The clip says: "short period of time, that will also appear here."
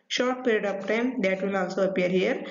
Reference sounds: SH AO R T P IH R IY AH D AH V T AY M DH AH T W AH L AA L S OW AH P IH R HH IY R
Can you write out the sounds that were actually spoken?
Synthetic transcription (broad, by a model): SH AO R T P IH R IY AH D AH P T AY M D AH T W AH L AA L S OW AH P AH R HH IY R